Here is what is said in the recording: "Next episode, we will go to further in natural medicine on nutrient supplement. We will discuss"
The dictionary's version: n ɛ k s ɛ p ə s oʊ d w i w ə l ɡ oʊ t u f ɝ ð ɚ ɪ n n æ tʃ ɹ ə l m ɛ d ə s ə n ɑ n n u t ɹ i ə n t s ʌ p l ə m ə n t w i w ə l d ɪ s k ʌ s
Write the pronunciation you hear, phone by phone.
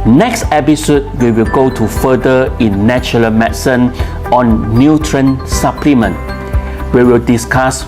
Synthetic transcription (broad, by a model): n ɛ k s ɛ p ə s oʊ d w i w ə l ɡ oʊ t u f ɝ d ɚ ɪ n n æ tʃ ə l m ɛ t s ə n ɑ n n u t ɹ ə n s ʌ p l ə m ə n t w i w ə l d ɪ s k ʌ s